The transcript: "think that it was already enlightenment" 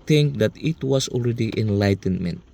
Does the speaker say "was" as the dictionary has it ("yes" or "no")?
no